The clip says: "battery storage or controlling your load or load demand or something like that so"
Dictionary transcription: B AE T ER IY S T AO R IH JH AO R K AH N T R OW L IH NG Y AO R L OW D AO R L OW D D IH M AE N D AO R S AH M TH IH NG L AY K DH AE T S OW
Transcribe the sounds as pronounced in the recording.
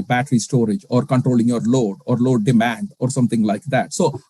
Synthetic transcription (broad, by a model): B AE T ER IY S T AO R IH JH AO R K AH N T R OW L IH NG Y AO R L OW D AO R L OW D D IH M AE N D AO R S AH M T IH NG L AY K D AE T S OW